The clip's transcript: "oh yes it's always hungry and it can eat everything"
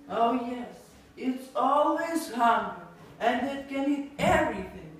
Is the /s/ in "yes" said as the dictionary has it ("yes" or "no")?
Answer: yes